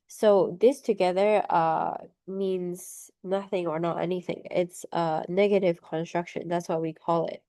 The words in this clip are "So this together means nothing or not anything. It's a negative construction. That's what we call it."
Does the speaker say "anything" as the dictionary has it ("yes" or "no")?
yes